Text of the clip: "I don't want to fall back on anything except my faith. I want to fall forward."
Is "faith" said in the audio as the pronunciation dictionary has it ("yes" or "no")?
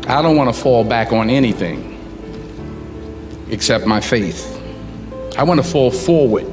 yes